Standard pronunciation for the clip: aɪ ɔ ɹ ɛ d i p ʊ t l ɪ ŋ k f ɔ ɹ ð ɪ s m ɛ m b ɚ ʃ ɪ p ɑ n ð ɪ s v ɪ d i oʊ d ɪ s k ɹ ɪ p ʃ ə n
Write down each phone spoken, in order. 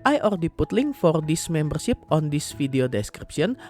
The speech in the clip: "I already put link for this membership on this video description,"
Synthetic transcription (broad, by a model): aɪ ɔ ɹ d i p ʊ t l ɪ ŋ f ɔ ɹ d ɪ s m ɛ m b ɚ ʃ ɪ p ɑ n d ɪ s f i d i oʊ d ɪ s k ɹ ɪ p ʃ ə n